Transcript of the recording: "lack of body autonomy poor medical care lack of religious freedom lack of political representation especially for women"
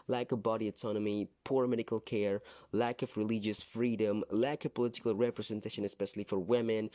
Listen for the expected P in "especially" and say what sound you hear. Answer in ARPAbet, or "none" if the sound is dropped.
P